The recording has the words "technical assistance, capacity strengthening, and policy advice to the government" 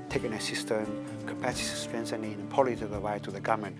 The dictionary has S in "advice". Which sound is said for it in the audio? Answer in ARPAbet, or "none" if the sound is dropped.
none